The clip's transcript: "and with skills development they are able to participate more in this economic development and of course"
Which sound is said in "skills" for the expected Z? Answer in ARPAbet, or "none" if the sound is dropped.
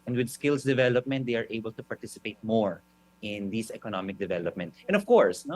S